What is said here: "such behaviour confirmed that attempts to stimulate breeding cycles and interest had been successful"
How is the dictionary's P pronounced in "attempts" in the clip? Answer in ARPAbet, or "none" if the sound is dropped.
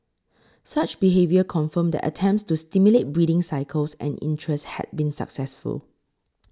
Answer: P